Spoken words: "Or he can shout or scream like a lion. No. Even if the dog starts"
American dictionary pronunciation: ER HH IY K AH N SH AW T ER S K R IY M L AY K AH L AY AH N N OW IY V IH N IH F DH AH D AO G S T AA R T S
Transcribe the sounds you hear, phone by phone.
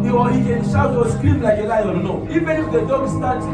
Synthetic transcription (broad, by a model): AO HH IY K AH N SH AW AO S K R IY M L AY K AH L AY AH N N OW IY F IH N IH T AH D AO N S T AA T